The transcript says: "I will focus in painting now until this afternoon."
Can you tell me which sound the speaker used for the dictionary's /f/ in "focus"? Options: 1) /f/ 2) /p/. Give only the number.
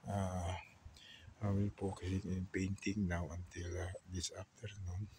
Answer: 2